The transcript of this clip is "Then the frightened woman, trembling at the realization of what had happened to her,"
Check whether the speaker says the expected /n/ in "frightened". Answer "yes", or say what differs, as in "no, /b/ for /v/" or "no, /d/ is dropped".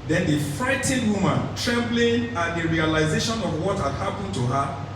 no, /n/ is dropped